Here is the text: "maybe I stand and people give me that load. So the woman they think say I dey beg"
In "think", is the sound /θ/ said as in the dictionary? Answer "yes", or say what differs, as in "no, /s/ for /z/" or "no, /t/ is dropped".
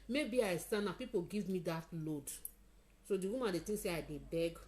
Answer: no, /t/ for /θ/